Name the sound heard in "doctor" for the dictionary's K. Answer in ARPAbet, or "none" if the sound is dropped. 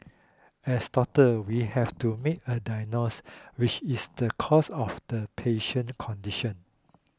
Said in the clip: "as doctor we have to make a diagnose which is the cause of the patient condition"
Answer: none